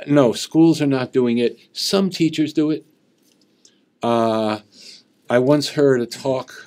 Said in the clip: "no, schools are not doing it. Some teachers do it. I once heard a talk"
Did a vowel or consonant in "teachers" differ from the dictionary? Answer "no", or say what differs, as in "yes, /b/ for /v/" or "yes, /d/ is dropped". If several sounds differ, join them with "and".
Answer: no